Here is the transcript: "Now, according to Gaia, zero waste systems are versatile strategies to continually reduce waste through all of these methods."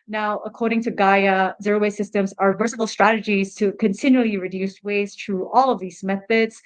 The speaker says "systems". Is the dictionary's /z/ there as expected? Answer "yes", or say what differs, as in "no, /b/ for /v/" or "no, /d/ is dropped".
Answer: yes